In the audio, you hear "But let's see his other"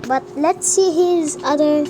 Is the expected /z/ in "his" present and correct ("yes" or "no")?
yes